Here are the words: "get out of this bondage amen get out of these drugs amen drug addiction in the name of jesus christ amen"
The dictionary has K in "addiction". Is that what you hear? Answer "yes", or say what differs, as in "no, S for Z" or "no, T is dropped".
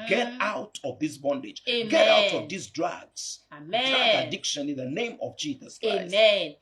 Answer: yes